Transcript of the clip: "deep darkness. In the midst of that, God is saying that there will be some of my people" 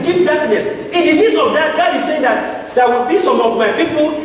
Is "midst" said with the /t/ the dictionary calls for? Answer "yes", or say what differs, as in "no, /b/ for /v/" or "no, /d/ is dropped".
no, /t/ is dropped